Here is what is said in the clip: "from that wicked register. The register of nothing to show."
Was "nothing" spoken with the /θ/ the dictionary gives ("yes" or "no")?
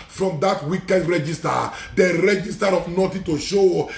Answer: no